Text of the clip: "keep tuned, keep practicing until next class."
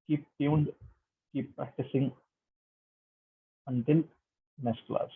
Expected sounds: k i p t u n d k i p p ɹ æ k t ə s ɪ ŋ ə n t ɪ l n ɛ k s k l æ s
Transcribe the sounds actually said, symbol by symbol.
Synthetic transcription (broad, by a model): k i p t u n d k i p p ɹ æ k t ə s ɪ ŋ ə n t ɪ l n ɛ s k l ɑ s